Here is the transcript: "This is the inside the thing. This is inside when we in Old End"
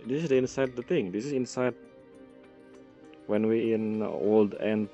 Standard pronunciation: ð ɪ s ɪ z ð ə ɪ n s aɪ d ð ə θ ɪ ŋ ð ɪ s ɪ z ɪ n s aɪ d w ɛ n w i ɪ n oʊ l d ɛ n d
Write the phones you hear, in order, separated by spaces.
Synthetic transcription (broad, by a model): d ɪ s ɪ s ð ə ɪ n s aɪ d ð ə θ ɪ ŋ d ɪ s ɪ s ɪ n s aɪ d w ɛ n w i ɪ n oʊ l d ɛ n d